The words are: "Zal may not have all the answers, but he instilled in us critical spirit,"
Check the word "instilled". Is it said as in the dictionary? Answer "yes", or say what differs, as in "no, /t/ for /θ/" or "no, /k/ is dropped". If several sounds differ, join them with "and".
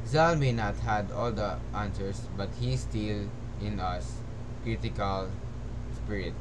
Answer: no, /d/ is dropped